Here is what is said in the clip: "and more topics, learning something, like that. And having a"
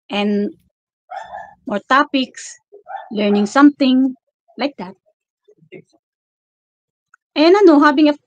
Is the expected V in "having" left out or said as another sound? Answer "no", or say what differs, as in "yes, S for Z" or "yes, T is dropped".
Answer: yes, B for V